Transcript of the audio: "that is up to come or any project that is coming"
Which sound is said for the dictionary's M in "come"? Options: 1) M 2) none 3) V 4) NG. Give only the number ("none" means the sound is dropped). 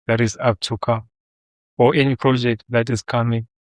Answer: 2